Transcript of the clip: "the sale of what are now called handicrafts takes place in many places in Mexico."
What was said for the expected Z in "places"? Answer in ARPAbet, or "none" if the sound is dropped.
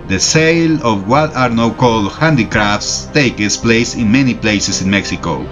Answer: S